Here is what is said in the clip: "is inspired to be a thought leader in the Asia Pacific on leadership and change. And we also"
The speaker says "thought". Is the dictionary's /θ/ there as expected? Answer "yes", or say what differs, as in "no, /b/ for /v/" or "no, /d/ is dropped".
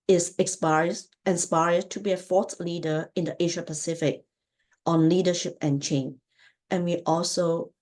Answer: no, /f/ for /θ/